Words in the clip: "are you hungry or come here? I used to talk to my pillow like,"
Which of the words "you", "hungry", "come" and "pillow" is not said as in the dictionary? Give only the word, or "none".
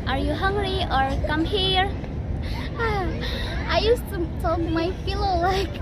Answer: pillow